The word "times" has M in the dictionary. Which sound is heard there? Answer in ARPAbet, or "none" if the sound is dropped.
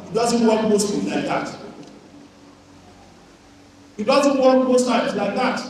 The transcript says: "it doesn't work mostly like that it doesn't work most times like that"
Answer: none